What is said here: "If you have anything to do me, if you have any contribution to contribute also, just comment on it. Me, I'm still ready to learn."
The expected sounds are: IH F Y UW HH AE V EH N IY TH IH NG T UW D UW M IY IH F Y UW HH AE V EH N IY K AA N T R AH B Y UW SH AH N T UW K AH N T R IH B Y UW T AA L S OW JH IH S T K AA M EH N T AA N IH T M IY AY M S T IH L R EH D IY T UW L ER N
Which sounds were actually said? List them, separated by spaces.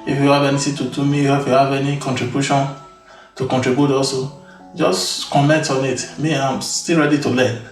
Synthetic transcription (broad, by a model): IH F Y UW HH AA V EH N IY T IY T UW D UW M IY IH F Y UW HH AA V EH N IY K AA N T R AH B Y UW SH AH N T UW K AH N T R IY B Y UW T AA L S OW JH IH S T K AA M EH N T AA N IH T M IY AY M S T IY L R EH D IY T UW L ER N